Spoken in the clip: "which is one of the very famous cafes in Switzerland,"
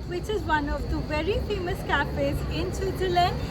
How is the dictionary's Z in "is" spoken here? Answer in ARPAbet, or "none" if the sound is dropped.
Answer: Z